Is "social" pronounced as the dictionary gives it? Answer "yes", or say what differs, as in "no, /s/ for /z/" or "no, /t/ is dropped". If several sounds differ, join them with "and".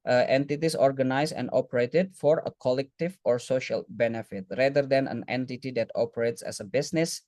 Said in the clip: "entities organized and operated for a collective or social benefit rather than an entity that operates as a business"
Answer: yes